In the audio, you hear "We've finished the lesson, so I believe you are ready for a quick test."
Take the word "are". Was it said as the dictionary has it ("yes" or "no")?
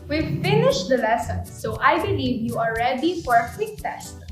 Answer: no